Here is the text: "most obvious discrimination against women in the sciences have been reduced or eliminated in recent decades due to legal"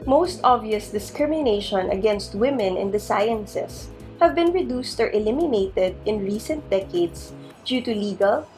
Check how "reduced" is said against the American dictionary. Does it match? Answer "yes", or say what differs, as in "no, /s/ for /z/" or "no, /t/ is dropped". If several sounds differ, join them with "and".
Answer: yes